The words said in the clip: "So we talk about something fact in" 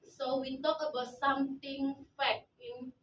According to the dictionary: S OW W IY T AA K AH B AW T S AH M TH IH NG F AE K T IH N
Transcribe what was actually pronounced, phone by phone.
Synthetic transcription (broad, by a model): S OW W IY T AA K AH B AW T S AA M T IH NG F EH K IH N